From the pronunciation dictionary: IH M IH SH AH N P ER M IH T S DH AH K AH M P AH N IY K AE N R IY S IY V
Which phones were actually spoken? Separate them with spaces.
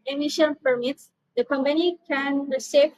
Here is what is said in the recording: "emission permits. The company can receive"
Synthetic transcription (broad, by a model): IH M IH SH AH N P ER M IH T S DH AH K AH M P AH N IY K AE N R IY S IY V